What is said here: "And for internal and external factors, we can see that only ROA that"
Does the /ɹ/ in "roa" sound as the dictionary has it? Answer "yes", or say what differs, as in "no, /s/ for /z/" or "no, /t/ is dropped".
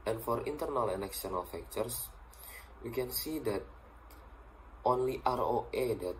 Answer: yes